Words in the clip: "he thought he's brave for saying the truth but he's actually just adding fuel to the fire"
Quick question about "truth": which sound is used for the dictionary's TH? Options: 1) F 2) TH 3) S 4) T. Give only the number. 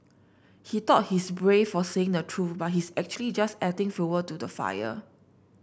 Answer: 1